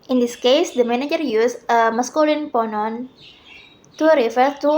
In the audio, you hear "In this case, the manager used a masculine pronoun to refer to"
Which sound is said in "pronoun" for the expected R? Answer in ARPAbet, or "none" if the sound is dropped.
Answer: none